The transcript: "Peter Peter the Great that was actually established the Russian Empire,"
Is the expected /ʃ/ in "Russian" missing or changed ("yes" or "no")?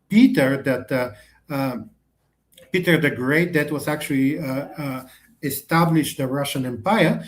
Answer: no